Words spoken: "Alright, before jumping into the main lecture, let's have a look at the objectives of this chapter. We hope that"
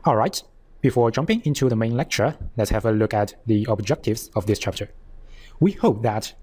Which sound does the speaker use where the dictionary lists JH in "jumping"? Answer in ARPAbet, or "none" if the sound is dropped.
JH